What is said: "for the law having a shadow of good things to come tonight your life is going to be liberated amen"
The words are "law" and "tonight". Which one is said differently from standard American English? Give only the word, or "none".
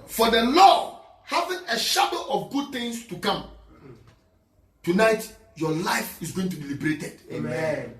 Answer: none